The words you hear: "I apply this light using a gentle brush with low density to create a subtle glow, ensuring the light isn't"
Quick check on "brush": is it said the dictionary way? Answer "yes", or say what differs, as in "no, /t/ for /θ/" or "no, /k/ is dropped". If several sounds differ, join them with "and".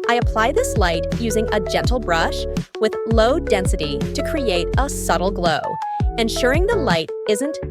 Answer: yes